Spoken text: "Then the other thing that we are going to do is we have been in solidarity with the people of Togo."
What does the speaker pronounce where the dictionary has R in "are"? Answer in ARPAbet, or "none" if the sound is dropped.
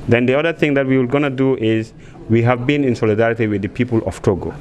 L